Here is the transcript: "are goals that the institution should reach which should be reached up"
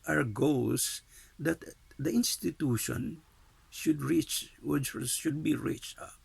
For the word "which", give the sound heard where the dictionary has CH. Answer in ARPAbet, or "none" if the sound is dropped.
S